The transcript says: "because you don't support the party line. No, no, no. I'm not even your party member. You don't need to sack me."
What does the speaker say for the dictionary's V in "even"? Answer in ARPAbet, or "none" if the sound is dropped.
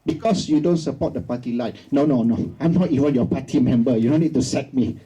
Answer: W